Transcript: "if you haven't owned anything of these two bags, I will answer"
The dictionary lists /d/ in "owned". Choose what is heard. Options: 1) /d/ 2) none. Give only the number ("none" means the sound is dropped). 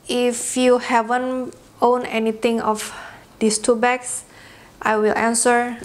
2